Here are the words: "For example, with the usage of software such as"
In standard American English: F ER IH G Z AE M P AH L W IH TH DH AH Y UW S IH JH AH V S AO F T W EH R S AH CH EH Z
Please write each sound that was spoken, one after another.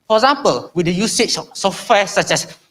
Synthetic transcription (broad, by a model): F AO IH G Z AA M P AH L W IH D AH Y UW S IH CH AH F S AO F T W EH S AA CH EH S